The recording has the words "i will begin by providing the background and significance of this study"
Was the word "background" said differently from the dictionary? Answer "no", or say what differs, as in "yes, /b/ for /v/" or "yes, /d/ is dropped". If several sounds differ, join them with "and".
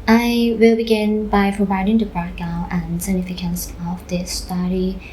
yes, /ɹ/ is dropped